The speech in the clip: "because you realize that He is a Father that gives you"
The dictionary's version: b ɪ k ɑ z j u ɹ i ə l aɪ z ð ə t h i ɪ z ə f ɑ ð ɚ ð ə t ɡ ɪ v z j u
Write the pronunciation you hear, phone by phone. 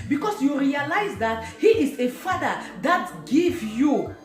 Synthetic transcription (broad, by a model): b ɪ k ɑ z j u ɹ i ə l aɪ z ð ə t h i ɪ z ə f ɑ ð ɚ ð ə t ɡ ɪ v j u